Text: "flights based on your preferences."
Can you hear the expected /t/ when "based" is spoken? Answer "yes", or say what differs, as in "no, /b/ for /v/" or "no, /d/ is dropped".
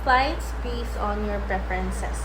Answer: no, /t/ is dropped